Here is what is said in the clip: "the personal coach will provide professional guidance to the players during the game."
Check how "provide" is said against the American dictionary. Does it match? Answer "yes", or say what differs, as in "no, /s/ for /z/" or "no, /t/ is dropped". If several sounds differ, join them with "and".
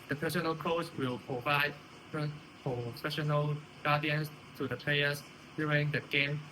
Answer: yes